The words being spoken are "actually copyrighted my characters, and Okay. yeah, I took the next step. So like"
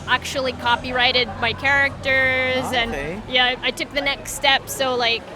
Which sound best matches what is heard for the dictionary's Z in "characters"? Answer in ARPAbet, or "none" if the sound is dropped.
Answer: Z